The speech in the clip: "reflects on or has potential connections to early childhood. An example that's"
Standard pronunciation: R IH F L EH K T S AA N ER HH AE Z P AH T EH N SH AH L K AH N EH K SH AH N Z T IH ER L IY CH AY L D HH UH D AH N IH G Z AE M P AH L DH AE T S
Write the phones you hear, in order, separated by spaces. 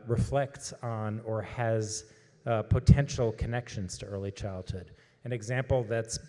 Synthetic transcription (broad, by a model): R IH F L EH K T S N ER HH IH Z P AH T EH N SH L K AH N EH K SH AH N Z T IH ER L IY CH AY L D HH UH D AH N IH G Z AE M P L DH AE T S